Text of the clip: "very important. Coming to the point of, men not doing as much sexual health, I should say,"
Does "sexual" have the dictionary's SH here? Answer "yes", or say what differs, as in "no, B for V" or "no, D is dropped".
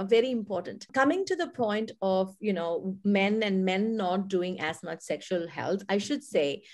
yes